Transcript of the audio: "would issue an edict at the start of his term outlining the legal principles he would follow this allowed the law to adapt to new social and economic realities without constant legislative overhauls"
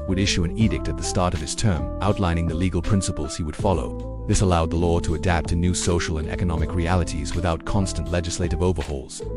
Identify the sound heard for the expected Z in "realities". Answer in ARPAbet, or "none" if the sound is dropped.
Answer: Z